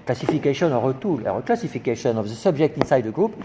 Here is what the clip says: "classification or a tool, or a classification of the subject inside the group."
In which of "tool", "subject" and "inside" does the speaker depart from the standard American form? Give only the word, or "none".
subject